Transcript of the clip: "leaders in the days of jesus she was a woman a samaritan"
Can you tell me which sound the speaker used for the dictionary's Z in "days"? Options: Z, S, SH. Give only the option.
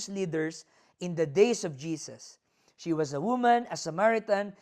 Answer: S